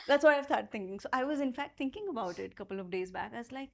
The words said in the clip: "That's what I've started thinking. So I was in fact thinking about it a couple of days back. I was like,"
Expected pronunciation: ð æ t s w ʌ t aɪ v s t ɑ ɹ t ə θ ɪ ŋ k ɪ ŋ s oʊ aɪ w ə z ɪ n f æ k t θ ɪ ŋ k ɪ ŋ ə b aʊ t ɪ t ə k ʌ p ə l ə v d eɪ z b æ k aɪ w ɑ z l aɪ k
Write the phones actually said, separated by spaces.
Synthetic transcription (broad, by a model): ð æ t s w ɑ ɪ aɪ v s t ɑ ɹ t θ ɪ ŋ k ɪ ŋ s oʊ aɪ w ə z ɪ n f æ k t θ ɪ ŋ k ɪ ŋ ə b aʊ t ɪ t ə k ʌ p ə l ə v d eɪ z b æ k aɪ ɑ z l aɪ k